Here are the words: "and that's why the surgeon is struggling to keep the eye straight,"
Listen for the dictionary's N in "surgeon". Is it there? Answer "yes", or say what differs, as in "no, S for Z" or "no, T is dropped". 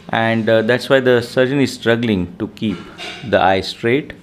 yes